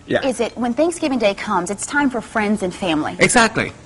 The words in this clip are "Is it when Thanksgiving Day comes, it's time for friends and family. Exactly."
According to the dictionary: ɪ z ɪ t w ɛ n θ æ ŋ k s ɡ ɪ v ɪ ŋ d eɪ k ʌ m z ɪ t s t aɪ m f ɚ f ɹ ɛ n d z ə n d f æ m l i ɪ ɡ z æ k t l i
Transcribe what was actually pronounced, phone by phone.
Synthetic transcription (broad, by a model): ɪ z ɪ t w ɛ n θ æ ŋ k s ɡ ɪ v ɪ ŋ d eɪ k ʌ m z ɪ t s t aɪ m f ɚ f ɹ ɛ n d z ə n f æ m l i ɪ ɡ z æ k t l i